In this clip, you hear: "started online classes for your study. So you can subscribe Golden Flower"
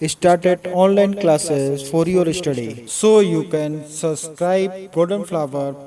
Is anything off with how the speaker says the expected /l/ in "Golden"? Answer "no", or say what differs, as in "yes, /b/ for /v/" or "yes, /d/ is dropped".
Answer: yes, /l/ is dropped